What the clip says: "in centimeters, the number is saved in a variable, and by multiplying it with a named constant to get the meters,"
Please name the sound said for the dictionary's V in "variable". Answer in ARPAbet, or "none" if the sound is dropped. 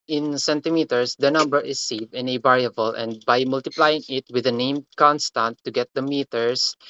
B